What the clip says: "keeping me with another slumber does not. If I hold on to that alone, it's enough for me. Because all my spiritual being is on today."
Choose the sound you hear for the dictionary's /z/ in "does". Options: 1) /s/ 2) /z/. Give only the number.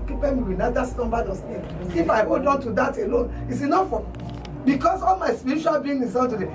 1